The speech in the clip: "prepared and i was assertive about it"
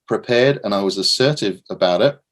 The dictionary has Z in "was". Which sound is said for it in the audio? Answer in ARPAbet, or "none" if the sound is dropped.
Z